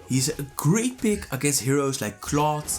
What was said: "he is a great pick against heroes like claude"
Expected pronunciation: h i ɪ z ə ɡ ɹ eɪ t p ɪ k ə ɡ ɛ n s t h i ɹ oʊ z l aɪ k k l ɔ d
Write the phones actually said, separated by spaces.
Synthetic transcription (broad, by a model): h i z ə ɡ ɹ eɪ t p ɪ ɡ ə ɡ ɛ s h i ɹ oʊ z l aɪ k k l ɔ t